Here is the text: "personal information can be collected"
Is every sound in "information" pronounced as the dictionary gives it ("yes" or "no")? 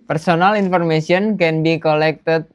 no